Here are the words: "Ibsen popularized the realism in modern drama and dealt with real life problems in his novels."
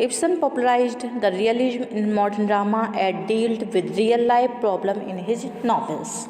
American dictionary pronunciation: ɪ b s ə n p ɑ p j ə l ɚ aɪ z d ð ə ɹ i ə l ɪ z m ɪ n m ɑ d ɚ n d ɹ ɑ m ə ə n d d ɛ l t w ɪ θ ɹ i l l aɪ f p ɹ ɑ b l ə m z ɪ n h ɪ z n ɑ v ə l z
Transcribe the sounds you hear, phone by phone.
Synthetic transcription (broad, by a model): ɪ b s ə n p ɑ p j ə l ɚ aɪ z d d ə ɹ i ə l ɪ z m ɪ n m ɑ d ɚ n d ɹ ɑ m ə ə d d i l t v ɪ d ɹ i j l aɪ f p ɹ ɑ b l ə m ɪ n h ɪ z n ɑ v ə l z